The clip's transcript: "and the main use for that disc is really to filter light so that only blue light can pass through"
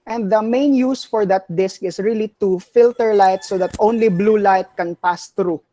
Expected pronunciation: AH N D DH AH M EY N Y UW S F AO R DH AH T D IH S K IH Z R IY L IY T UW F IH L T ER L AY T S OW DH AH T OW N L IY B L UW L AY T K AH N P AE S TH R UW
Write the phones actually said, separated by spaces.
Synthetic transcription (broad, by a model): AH N D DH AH M EY N Y UW S F AO R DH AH T D IH S K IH S R IY L IY T UW F IH L T ER L AY T S OW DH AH T OW N L IY B L UW L AY T K AH N P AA S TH R UW